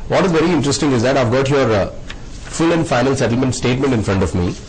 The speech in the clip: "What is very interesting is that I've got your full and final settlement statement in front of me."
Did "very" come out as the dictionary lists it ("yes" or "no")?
yes